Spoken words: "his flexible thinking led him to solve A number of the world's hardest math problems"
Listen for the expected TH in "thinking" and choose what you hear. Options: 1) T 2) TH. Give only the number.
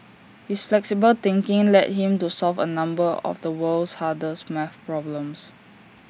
1